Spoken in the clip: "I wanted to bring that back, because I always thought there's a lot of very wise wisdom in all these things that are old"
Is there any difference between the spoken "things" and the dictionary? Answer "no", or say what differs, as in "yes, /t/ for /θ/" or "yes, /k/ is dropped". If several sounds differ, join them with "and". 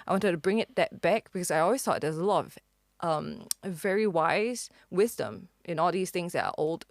no